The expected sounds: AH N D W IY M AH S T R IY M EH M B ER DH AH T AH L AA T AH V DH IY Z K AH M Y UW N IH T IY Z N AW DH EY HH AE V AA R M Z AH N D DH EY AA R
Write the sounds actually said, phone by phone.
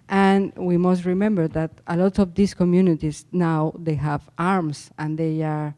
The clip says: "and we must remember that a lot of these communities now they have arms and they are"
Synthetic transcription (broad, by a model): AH N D W IY M AH S T R IY M EH M B ER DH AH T AH L AA T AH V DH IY S K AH M Y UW N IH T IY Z N AW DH EY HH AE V AA R M S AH N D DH EY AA R